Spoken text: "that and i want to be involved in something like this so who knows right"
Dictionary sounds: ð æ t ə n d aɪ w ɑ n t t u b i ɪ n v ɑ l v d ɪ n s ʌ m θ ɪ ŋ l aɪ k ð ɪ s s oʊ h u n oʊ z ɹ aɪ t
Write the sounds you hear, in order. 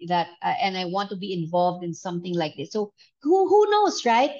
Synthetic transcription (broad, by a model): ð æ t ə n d aɪ w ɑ n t t u b i ɪ n v ɑ l v d ɪ n s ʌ m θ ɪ ŋ l aɪ k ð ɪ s s oʊ h u n oʊ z ɹ aɪ t